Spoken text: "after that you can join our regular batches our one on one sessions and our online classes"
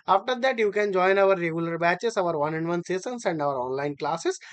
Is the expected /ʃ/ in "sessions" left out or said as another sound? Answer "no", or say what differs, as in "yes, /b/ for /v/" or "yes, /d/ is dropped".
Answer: yes, /s/ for /ʃ/